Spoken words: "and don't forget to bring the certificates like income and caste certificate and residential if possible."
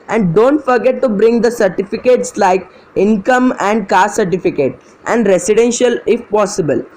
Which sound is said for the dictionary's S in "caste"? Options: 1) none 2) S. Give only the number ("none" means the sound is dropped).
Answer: 1